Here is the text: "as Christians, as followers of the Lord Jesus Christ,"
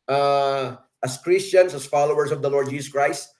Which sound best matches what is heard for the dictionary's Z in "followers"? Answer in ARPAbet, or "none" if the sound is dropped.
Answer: S